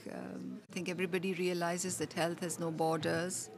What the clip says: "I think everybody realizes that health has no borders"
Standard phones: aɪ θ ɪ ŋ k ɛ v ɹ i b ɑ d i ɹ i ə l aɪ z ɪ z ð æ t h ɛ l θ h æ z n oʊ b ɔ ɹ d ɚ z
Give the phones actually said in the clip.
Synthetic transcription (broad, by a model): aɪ t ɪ ŋ k ɛ v ɹ i b ɑ d i ɹ i ə l aɪ z ɪ z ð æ t h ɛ l t h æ z n oʊ b ɔ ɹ d ɚ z